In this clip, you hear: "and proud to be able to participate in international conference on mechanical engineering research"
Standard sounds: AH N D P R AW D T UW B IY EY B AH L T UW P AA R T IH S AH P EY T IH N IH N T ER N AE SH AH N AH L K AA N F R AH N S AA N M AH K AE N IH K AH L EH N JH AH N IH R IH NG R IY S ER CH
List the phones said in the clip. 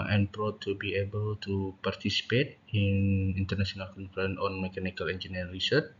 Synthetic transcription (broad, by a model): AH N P R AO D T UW B IY EY B AH L T UW P AA R T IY S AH P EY T IH N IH N T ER N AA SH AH N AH L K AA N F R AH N AA N M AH K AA N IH K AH L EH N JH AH N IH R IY S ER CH